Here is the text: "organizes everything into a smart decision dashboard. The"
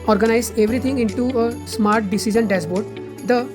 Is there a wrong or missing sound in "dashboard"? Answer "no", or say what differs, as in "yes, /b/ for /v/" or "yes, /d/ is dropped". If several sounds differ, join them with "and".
yes, /s/ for /ʃ/